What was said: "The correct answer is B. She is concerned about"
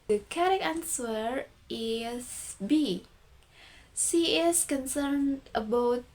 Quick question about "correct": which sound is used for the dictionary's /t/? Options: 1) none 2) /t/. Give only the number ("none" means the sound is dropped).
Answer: 1